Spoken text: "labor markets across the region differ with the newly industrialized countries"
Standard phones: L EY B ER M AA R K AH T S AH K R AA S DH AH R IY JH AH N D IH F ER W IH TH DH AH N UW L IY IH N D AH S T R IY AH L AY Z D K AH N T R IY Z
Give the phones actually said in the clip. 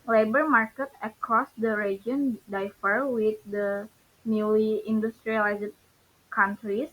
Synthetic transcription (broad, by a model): L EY B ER M AA R K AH T AH K R AA S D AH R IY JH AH N D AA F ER W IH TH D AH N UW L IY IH N D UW S T R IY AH L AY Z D K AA N T R IY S